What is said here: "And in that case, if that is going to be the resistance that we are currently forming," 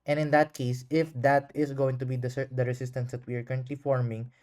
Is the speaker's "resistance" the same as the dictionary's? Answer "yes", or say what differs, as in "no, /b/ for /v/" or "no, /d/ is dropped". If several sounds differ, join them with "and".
no, /s/ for /z/